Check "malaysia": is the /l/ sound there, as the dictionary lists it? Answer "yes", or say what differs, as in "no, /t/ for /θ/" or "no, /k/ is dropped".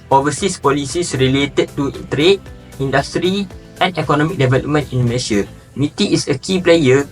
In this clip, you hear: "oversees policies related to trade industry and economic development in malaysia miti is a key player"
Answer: no, /n/ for /l/